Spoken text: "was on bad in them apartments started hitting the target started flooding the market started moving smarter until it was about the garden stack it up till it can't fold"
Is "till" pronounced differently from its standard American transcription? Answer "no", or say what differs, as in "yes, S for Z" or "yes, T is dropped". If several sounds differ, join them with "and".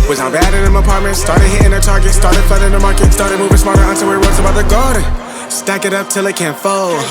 no